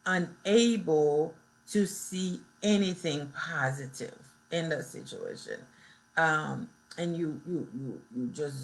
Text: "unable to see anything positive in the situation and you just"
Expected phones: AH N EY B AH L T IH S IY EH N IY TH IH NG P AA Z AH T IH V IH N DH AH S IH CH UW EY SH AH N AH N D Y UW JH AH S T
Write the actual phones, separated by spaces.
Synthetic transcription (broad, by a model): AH N EY B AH L T IH S IY EH N IY TH IH NG P AA Z AH T IH V IH N DH AH S IH CH UW EY SH AH N AH N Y Y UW JH AH S